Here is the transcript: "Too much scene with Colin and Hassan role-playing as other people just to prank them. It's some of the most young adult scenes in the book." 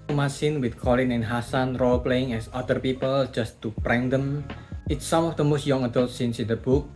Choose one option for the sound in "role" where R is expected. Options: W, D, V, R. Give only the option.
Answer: R